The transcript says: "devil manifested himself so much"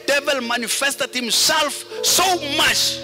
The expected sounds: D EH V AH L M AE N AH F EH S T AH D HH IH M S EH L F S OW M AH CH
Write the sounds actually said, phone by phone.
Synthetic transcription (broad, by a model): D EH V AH L M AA N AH F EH S T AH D HH IH M S EH L F S OW M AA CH